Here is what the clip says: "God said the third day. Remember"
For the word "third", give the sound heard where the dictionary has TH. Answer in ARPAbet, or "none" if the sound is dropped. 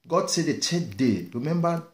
T